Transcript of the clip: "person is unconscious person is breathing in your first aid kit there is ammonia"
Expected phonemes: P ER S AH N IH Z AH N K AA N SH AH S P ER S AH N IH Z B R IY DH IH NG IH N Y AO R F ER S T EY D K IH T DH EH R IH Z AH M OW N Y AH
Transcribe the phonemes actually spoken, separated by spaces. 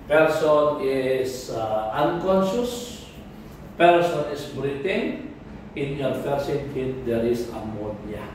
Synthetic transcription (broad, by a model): P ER S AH N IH S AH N K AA N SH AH S P ER S AH N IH S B R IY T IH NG IH N Y AO R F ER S EY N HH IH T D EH R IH S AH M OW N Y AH